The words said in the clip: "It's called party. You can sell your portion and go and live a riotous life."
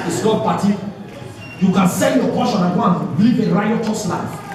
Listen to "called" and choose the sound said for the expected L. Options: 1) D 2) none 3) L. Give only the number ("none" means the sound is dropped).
2